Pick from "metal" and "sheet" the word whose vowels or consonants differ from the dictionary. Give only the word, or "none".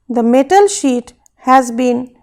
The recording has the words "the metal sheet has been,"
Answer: none